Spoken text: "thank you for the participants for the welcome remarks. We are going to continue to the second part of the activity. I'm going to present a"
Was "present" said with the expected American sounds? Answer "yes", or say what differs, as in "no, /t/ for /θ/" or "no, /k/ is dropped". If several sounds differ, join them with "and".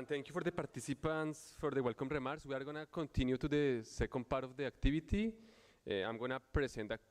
no, /s/ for /z/